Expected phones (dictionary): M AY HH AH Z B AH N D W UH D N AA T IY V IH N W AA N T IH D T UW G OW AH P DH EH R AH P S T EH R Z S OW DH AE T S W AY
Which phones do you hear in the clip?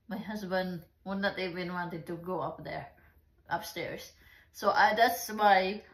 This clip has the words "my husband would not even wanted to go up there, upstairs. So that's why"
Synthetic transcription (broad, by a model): M AY HH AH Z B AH N D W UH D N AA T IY B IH N W AA N T IH D T UW G OW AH P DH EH R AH P S T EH R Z S OW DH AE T S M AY